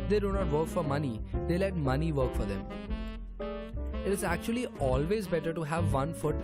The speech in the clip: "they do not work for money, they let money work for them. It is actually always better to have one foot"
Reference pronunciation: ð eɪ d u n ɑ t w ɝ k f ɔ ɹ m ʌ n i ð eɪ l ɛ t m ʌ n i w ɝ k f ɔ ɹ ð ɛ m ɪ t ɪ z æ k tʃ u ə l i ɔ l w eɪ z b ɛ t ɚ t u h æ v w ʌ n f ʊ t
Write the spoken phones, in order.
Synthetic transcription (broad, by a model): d eɪ d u n ɑ t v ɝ k f ɔ ɹ m ʌ n i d eɪ l ɛ t m ʌ n i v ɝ k f ɔ ɹ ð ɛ m ɪ t ɪ z æ k tʃ u ə l i ɔ l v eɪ z b ɛ t ɚ t u h æ v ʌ n f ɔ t